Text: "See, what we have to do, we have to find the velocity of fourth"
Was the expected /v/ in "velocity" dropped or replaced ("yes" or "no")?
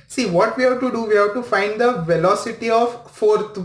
no